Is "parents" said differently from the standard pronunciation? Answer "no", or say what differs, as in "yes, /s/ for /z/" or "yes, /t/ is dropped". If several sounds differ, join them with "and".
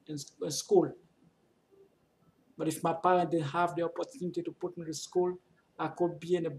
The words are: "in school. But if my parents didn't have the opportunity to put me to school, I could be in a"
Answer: yes, /s/ is dropped